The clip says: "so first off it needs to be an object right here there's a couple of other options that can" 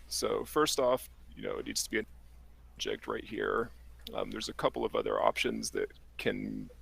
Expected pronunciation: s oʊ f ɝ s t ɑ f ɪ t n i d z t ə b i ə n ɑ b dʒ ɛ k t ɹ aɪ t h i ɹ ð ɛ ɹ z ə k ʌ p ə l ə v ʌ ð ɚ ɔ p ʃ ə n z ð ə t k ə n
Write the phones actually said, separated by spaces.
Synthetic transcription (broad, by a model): s oʊ f ɝ s t ɑ f ɪ t n i d z t ə b i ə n dʒ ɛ k t ɹ aɪ t h i ɹ ð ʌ ɹ z ə k ʌ p l ə v ʌ ð ɚ ɔ p ʃ ə n z ð ə t k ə n